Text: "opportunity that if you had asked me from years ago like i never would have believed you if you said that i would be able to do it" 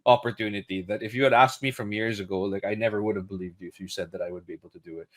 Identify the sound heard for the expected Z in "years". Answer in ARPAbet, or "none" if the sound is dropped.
Z